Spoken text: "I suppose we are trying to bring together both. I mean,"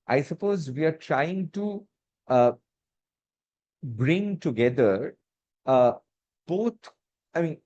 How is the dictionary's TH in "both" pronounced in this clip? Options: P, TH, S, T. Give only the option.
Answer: T